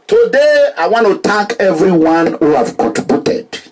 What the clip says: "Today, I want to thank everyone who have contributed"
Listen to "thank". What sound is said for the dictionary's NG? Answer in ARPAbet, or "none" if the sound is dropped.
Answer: none